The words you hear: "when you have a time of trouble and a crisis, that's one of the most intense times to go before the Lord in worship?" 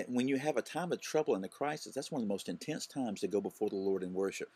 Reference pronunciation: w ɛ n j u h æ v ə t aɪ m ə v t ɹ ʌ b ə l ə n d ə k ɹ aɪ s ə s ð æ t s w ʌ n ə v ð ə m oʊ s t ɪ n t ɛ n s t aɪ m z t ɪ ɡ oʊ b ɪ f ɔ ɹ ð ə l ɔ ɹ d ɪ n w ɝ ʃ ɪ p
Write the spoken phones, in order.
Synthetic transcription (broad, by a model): w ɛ n j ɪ v ə t aɪ m ə v t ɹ ʌ b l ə n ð ə k ɹ aɪ s ə s ð æ t s w ʌ n ə v ð ə m oʊ s t ɪ n t ɛ n s t aɪ m z t ɪ ɡ oʊ b ɪ f ɔ ɹ ð ə l ɔ ɹ d ɪ n w ɝ ʃ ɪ p